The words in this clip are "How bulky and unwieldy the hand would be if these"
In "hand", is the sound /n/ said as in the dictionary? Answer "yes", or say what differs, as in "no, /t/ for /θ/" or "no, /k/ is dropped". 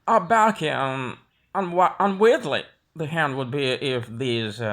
yes